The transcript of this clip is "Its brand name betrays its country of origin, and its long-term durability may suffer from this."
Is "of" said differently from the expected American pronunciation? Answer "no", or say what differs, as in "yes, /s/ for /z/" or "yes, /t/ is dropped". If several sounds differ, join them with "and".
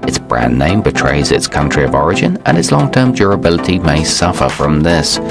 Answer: no